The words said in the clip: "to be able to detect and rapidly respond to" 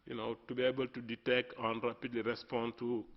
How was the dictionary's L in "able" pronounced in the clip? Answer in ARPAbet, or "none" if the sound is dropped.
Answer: L